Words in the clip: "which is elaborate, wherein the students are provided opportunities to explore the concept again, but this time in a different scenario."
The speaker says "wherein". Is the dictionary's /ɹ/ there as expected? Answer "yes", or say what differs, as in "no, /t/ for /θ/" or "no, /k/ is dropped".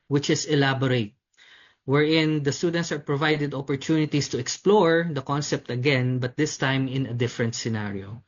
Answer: yes